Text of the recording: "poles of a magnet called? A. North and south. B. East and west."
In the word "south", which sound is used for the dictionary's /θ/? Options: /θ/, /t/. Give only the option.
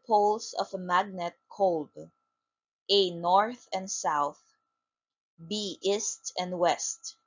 /θ/